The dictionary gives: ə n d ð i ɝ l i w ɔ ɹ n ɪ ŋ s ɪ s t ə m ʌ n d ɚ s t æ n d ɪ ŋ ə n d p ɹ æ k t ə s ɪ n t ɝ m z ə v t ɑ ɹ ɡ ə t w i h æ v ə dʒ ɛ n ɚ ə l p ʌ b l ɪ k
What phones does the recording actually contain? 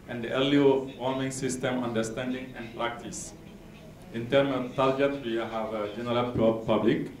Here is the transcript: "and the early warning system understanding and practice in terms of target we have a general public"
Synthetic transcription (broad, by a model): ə n d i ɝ l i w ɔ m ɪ ŋ s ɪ s t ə m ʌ n d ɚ s t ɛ n d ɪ ŋ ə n p ɹ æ k t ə s ɪ n t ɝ m ə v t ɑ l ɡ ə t w i h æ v ə dʒ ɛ n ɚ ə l p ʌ b l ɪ k